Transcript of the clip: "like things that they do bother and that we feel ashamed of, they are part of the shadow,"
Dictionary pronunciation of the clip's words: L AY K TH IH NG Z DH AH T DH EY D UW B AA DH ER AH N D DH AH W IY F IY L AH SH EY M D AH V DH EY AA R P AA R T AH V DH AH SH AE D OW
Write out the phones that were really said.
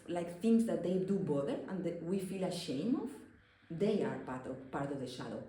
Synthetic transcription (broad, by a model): L AY K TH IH NG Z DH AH T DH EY D UW B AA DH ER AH N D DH W IY F IY L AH SH EY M AH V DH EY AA R P AA R T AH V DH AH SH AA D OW